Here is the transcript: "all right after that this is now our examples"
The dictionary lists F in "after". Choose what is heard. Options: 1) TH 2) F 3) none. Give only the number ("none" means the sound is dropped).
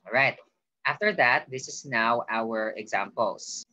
2